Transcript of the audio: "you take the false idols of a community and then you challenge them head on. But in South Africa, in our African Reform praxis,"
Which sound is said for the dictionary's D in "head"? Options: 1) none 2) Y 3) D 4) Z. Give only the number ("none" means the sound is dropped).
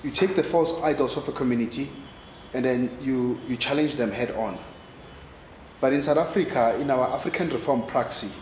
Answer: 3